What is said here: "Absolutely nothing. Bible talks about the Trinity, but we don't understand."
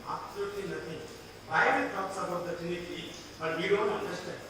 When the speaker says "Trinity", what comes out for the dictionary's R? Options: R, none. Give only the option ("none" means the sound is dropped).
none